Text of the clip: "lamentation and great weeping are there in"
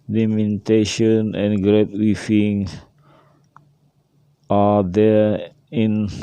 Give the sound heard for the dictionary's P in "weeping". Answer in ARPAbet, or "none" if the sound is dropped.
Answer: F